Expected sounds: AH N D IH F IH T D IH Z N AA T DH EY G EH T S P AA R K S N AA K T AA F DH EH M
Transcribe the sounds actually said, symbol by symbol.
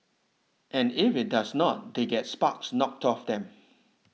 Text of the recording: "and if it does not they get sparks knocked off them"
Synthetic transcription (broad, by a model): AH N IH F IH T D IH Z N AA T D EY G EH T S P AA K S N AA K T AA F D EH M